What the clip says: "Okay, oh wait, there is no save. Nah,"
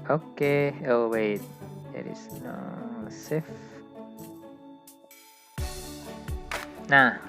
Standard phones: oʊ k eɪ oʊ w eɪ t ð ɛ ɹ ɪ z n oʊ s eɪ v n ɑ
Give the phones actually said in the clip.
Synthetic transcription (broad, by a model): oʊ k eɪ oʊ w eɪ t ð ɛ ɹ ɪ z n oʊ s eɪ f n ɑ